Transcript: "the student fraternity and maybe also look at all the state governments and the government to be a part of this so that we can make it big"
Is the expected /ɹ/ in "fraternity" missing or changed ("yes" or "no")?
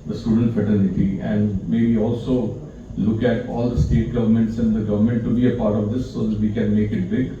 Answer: yes